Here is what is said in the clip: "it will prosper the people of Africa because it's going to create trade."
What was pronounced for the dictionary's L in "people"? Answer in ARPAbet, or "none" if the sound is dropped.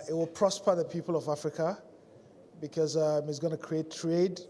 L